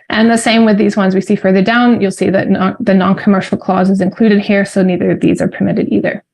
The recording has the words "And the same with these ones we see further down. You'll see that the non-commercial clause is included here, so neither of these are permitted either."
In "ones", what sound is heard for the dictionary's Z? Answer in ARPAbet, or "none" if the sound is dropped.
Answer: Z